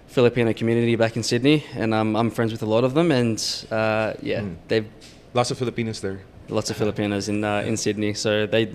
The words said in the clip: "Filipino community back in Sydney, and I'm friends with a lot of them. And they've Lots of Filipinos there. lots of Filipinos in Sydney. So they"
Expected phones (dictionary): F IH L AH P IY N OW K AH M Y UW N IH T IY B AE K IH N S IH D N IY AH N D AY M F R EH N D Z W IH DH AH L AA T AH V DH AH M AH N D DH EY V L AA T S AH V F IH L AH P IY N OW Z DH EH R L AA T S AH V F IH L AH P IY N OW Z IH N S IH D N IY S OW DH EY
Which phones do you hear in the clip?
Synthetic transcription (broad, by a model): F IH L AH P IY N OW K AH M Y UW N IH T IY B AE K IH N S IH D N IY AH N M AY M F R EH N D Z W IH DH AH L AA T AH V DH AH M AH N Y DH EY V L AA T S AH V F IH L AH P IY N OW Z DH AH R L AA T S AH V F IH L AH P IY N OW Z IH N S IH D N IY S OW DH EY